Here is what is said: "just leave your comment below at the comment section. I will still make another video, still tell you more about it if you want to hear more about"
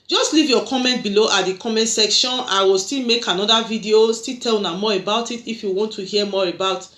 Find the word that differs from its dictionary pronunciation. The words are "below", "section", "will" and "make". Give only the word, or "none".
none